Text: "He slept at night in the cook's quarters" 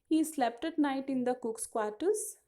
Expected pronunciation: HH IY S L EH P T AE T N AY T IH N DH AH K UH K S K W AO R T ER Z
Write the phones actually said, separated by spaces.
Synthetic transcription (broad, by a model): HH IY S L EH P T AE T N AY T IH N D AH K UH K S K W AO R T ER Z